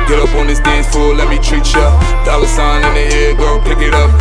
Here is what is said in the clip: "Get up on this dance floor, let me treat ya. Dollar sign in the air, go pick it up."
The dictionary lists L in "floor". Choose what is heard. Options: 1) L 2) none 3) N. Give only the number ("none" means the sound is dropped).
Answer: 2